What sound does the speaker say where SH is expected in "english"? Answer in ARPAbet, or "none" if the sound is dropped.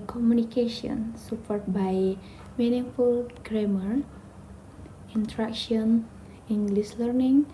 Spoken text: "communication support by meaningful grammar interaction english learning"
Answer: S